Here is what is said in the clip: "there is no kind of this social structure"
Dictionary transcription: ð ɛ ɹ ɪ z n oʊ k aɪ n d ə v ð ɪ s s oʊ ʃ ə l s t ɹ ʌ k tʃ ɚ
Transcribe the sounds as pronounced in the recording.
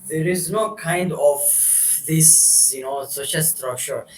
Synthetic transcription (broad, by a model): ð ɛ ɹ ɪ z n oʊ k aɪ n d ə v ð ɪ s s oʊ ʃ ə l s t ɹ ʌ k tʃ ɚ